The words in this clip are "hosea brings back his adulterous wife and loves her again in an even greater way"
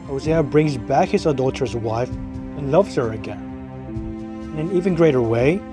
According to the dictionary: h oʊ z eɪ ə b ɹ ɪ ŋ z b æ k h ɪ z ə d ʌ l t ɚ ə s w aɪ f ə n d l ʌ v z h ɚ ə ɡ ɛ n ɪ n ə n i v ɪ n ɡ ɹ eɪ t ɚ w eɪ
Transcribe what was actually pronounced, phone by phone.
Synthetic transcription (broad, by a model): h oʊ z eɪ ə b ɹ ɪ ŋ z b æ k h ɪ z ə d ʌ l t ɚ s w aɪ f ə n l ʌ v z h ɚ ə ɡ ɛ n ɪ n ə n i v ɪ n ɡ ɹ eɪ t ɚ w eɪ